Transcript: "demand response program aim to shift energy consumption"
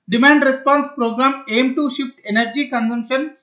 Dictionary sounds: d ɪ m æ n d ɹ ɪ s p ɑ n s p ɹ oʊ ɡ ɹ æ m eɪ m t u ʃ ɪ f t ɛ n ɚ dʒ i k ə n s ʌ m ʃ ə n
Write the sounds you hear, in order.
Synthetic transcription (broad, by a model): d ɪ m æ n d ɹ ɪ s p ɑ n s p ɹ oʊ ɡ ɹ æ m eɪ m t u ʃ ɪ f t ɛ n ɚ dʒ i k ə n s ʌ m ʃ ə n